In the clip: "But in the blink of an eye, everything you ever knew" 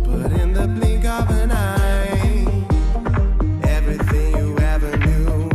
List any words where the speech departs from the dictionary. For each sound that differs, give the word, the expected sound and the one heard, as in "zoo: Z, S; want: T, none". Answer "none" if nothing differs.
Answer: none